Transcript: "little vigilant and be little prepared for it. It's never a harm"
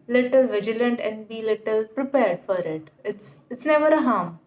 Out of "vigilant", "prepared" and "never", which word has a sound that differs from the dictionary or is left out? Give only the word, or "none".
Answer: none